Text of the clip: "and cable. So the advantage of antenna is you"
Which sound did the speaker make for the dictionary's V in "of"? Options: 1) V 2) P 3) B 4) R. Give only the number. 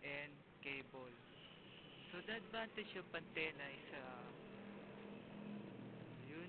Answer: 2